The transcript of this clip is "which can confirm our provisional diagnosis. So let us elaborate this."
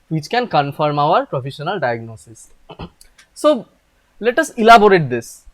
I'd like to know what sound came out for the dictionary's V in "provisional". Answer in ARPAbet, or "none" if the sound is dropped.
F